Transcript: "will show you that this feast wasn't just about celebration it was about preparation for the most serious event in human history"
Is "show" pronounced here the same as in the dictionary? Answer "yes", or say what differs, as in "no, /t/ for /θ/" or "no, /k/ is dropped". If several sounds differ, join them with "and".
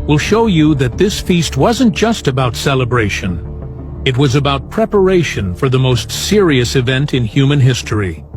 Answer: yes